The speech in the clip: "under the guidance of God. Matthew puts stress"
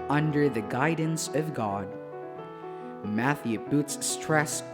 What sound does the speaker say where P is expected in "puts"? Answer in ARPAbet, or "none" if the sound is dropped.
B